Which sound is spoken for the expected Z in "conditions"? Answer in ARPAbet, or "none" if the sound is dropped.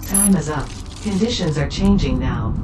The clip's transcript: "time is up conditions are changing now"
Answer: Z